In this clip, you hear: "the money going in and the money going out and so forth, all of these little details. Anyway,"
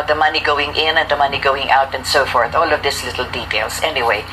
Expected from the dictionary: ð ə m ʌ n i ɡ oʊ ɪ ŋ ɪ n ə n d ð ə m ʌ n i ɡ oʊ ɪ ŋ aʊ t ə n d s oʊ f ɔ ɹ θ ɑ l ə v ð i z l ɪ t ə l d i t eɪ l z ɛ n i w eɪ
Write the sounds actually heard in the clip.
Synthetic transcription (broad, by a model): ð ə m ʌ n i ɡ oʊ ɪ ŋ ɪ n ə n d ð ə m ʌ n i ɡ oʊ ɪ ŋ aʊ t ə n d s oʊ f ɔ ɹ θ ɑ l ə v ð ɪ s l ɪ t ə l d i t eɪ l s ɛ n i w eɪ